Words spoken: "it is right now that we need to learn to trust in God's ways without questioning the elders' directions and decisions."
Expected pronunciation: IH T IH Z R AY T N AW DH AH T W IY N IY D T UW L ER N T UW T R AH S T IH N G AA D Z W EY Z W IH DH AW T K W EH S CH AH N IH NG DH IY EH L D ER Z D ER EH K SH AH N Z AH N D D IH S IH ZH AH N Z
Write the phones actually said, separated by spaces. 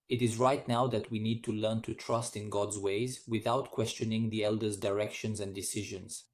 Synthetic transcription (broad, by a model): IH T IH Z R AY T N AW DH AH T W IY N IY D T UW L ER N T UW T R AH S T IH N G AA D Z W EY Z W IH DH AW T K W EH S CH AH N IH NG DH IY EH L D ER Z D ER EH K SH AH N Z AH N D D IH S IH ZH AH N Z